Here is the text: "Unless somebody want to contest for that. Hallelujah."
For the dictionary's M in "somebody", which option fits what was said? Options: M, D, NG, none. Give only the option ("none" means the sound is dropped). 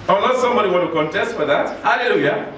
M